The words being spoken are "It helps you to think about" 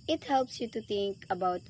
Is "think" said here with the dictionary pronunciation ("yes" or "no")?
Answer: no